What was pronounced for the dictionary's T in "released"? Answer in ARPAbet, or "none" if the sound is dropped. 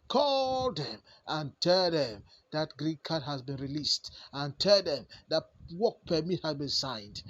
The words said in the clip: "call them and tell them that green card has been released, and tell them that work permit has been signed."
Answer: T